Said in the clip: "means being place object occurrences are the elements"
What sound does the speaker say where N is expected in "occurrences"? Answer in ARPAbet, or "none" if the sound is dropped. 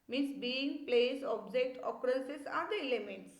L